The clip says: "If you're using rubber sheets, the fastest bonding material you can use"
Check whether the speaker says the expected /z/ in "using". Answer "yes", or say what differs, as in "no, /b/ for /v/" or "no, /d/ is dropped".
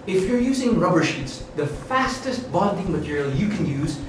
yes